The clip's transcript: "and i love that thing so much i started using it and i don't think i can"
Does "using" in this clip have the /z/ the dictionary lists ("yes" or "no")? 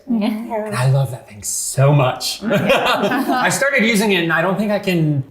yes